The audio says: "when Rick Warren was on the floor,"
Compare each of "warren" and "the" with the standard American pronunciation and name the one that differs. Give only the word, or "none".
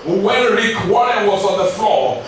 warren